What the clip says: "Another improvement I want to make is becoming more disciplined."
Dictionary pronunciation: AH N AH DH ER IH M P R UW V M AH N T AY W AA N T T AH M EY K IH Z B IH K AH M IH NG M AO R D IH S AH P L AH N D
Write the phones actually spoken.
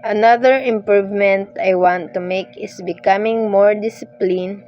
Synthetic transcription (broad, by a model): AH N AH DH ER IH M P R UW V M AH N T AY W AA N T T AH M EY K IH S B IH K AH M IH NG M AO R D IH S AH P L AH N